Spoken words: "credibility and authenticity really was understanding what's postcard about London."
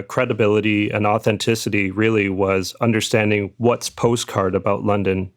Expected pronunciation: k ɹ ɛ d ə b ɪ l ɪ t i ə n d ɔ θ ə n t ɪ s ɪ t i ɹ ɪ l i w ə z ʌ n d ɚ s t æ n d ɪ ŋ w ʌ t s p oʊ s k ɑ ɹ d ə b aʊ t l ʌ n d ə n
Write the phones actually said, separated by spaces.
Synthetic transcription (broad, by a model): k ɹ ɛ d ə b ɪ l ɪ t i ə n ɔ θ ə n t ɪ s ɪ t i ɹ ɪ l i w ə z ʌ n d ɚ s t æ n d ɪ ŋ w ʌ t s p oʊ s k ɑ ɹ d ə b aʊ t l ʌ n d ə n